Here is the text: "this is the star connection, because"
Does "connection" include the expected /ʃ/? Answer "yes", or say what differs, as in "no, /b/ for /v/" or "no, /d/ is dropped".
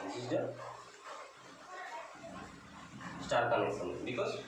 no, /s/ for /ʃ/